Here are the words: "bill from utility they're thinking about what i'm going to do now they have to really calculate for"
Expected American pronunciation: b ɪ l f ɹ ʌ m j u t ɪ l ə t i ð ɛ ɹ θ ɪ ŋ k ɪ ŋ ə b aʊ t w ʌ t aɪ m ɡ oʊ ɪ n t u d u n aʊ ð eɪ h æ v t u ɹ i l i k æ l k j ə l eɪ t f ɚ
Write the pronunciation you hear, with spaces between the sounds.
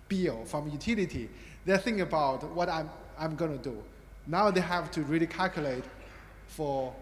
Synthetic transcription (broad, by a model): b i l f ɹ ʌ m j u t ɪ l ə t i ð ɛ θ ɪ ŋ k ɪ ə b aʊ t w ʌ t aɪ m ɡ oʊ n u d u n aʊ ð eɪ h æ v t u ɹ i l i k æ l k j ə l eɪ t f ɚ